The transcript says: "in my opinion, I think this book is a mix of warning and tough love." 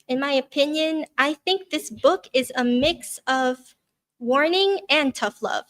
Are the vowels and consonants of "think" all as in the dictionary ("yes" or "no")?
yes